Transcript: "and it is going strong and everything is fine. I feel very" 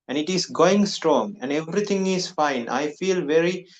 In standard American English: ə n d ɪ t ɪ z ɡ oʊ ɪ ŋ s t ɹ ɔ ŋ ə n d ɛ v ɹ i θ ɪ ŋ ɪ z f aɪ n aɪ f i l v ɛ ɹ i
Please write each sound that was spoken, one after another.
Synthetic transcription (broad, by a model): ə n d ɪ t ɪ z ɡ oʊ ɪ ŋ s t ɹ ɔ ŋ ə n d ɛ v ɹ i t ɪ ŋ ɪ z f aɪ n aɪ f i l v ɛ ɹ i